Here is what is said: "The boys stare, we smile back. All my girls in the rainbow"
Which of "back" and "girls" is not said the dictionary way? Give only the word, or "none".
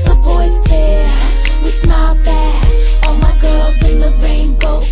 back